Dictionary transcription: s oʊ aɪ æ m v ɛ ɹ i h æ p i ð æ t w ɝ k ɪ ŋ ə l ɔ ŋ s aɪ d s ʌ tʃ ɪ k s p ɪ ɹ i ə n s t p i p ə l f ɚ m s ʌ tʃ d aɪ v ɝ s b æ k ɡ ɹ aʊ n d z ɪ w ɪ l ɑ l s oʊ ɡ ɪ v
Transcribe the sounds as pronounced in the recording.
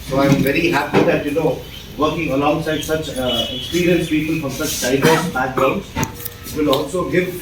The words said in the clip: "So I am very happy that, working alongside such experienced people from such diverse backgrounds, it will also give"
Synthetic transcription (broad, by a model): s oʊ aɪ m v ɛ ɹ i h æ p i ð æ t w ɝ k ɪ ŋ ə l ɔ ŋ s aɪ d s ʌ tʃ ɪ k s p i ɹ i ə n s p i p ə l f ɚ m s ʌ tʃ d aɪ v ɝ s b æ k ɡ ɹ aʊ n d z ɪ w ɪ l ɑ l s oʊ ɡ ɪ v